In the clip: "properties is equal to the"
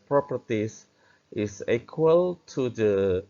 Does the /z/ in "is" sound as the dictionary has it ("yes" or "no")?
no